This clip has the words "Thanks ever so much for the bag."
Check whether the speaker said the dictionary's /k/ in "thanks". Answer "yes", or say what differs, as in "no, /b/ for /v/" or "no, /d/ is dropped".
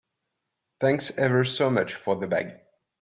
yes